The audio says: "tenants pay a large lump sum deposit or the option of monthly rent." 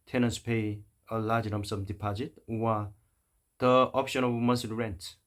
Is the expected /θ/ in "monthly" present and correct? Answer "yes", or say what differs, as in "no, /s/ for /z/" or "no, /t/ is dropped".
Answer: no, /s/ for /θ/